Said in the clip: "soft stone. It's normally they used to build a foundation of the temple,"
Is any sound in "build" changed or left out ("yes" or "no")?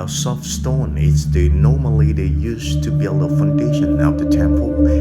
no